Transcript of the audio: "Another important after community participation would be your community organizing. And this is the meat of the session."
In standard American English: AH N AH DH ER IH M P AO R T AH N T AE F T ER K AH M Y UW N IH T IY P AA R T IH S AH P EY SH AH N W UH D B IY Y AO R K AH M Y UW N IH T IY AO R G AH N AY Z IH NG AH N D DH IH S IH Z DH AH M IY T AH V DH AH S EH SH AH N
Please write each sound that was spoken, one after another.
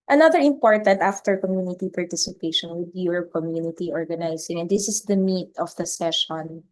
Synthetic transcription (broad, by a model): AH N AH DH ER IH M P AO R T AH N T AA F T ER K AH M Y UW N IH T IY P AA R T IH S AH P EY SH AH N W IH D Y AO R K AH M Y UW N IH T IY AO R G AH N AY S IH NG AH N D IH S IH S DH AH M IY T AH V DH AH S EH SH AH N